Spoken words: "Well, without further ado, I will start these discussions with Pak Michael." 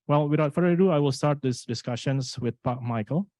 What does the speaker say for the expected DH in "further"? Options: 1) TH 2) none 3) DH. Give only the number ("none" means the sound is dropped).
2